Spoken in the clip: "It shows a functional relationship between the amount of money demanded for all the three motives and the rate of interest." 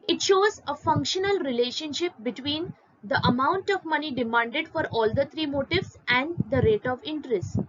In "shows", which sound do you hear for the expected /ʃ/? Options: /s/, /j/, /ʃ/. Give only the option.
/ʃ/